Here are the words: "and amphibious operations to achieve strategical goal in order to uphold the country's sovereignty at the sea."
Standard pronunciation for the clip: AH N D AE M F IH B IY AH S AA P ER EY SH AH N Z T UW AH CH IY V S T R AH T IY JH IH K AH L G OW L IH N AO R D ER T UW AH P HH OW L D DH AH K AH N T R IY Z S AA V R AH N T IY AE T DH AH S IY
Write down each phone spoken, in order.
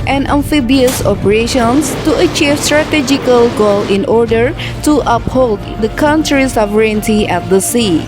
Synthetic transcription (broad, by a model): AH N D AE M F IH B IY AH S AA P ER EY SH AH N S T UW AH CH IY V S T R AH T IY JH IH K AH L G OW L IH N AO R D ER T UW AH P HH OW L D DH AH K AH N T R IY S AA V R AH N T IY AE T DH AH S IY